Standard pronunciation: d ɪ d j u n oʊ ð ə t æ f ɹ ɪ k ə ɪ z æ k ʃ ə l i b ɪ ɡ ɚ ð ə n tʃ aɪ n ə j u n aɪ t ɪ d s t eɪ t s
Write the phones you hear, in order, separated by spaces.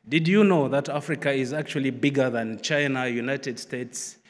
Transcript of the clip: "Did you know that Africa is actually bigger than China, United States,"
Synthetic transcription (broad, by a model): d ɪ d j u n oʊ ð ə t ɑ f ɹ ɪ k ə ɪ z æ k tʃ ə l i b ɪ ɡ ɚ ð ə n tʃ aɪ n ə j u n aɪ t ɪ d s t eɪ t s